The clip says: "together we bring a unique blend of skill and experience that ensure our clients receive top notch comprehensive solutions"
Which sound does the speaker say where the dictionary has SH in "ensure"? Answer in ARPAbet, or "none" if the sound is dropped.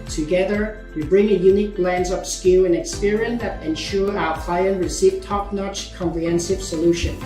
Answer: SH